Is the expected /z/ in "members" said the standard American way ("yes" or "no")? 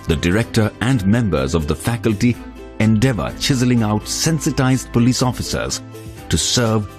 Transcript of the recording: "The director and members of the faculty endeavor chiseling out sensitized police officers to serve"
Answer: yes